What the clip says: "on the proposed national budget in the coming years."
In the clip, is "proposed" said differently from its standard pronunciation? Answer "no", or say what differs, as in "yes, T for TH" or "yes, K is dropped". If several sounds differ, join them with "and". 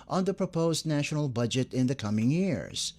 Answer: no